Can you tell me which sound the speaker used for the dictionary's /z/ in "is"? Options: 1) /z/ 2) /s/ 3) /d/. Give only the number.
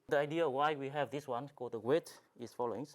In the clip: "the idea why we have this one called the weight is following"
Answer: 2